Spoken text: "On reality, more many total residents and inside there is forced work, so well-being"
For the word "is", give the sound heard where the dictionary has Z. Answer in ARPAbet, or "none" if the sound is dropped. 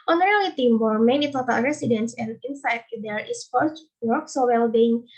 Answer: S